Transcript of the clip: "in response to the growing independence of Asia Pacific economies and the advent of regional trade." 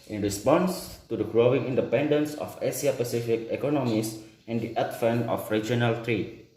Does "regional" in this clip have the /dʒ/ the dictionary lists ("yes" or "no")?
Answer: yes